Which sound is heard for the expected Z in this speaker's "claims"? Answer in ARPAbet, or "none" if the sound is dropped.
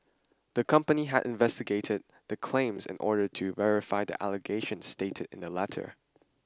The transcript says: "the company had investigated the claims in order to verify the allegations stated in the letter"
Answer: Z